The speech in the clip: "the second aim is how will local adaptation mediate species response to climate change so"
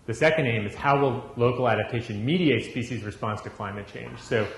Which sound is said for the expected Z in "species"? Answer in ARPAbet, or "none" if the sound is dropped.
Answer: Z